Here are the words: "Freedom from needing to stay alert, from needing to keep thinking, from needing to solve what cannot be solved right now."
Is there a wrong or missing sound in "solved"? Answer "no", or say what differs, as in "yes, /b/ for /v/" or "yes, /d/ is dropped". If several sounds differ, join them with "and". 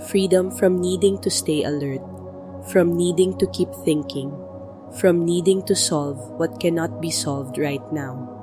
no